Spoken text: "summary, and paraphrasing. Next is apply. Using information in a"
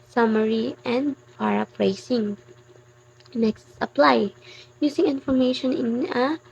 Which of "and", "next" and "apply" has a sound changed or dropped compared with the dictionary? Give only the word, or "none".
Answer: none